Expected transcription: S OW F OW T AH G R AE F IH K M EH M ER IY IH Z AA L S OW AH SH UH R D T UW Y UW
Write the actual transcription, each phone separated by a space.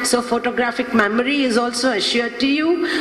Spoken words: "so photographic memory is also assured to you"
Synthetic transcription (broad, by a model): S OW F OW T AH G R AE F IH K M EH M ER IY IH Z AA L S OW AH SH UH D T UW Y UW